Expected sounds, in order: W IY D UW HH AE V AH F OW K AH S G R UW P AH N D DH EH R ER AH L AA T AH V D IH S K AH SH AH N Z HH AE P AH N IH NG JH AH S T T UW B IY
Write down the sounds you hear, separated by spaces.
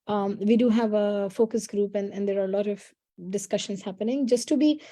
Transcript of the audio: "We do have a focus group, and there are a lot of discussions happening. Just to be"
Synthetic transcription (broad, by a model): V IY D UW HH AE V AH F OW K AH S G R UW P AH N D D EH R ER AH L AA T AH V D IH S K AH SH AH N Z HH AE P AH N IH NG JH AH S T T UW B IY